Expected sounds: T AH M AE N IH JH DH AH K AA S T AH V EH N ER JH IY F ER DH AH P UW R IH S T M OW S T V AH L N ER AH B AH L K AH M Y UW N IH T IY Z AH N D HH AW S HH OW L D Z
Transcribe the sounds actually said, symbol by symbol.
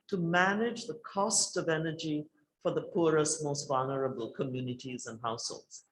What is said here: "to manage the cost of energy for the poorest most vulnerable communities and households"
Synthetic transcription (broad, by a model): T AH M AE N IH JH DH AH K AA S T AH V EH N ER JH IY F ER DH AH P UW R IH S T M OW S T V AH L N ER AH B AH L K AH M Y UW N IH T IY Z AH N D HH AW S HH OW L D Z